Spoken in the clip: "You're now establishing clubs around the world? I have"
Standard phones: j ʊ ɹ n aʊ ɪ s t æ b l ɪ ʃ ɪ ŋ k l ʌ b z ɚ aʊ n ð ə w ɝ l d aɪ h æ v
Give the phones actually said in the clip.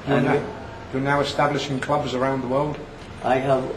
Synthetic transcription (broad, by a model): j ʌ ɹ n aʊ ɪ s t æ b l ɪ ʃ ɪ ŋ k l ʌ b z ɚ aʊ n ð ə w ɝ l d aɪ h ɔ